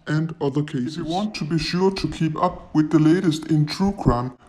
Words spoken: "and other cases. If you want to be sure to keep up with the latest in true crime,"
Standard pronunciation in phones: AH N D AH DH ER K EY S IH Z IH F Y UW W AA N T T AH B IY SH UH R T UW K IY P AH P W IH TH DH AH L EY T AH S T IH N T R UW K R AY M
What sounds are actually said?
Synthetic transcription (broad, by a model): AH N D AH DH ER K EY IH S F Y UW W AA N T T AH B IY SH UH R T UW K IY P AH P W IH DH AH L EY T AH S T IH N T R UW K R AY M